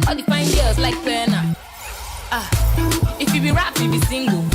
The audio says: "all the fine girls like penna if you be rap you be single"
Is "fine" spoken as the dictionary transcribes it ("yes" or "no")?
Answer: no